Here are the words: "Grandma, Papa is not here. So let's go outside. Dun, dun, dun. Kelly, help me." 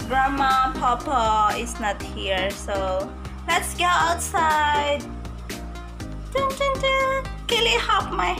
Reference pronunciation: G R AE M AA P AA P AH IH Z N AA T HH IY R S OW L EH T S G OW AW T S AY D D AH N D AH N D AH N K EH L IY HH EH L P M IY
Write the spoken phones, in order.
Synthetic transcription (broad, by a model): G R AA M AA P AA P AH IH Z N AA T HH IY R S OW L EH T S G OW AW T S AY D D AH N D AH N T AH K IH L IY HH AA P M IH